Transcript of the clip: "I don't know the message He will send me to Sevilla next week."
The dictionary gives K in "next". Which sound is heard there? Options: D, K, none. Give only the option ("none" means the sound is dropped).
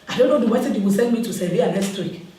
none